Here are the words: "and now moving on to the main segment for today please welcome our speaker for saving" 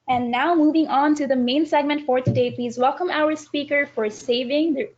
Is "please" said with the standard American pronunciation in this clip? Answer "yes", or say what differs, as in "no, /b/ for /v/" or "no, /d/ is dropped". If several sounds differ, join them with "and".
yes